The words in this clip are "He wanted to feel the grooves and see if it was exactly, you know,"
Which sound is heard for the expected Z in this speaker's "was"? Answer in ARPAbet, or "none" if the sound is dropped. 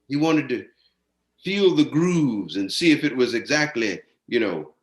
Z